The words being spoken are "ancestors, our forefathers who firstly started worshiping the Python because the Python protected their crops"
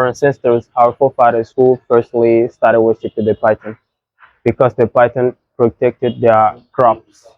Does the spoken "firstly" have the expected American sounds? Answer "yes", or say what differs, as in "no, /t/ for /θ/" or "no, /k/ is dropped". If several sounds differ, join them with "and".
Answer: no, /p/ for /f/